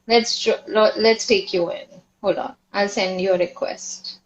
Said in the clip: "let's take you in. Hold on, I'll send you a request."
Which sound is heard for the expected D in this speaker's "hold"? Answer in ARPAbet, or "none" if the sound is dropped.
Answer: none